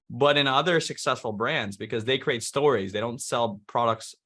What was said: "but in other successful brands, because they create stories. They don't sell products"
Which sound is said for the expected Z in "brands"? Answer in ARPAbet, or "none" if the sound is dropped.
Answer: Z